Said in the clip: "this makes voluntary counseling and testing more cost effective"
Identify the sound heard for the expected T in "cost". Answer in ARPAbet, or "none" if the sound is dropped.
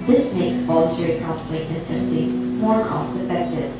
T